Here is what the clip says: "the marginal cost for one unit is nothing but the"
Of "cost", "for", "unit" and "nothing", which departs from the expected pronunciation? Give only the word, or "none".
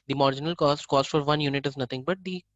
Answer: nothing